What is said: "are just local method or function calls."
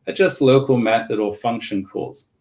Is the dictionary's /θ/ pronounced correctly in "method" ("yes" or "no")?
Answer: yes